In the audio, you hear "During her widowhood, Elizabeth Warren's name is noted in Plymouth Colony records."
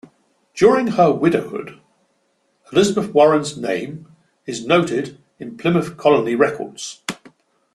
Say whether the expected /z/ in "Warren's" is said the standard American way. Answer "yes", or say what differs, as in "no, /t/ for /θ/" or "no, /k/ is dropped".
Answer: yes